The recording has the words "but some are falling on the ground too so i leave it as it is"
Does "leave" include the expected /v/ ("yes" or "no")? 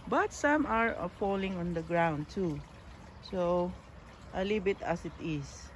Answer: no